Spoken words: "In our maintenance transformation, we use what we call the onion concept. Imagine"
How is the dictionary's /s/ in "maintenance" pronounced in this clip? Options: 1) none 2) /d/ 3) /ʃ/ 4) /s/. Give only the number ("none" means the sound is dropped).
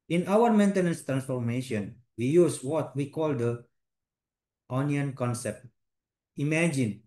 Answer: 4